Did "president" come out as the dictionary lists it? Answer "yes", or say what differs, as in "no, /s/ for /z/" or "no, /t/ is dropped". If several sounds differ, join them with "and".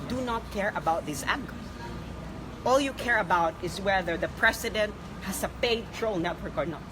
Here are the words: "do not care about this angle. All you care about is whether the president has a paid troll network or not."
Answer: no, /s/ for /z/